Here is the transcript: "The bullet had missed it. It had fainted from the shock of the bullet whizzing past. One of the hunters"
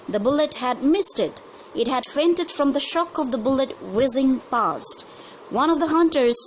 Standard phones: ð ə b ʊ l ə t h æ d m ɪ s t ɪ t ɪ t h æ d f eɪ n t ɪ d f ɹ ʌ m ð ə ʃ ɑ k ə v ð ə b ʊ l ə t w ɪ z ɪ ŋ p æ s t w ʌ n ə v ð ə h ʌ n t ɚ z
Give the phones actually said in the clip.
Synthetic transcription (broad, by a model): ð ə b ʊ l ə t h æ d m ɪ s t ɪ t ɪ t h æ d f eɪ n t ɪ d f ɹ ʌ m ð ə ʃ ɑ k ə v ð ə b ʊ l ə t w ɪ z ɪ ŋ p æ s t w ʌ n ə v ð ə h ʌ n t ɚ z